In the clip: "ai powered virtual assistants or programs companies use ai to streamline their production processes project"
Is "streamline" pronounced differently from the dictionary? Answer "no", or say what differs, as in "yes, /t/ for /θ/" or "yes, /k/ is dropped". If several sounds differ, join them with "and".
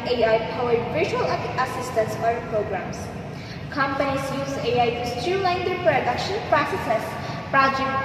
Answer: yes, /m/ is dropped